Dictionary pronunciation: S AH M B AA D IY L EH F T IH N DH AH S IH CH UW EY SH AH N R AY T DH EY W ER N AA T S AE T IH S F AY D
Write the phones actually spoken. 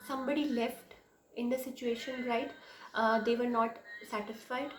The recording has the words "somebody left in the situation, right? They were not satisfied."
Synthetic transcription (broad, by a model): S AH M B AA D IY L EH F T IH N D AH S IH CH UW EY SH AH N R AY T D EY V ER N AA T S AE T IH S F AY D